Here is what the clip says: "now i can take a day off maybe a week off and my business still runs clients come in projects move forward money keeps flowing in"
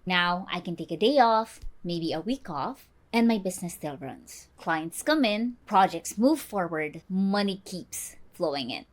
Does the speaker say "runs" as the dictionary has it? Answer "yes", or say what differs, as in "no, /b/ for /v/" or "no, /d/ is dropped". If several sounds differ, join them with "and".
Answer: yes